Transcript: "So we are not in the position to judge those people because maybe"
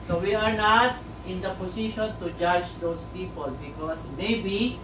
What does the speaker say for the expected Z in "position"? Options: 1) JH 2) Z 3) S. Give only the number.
3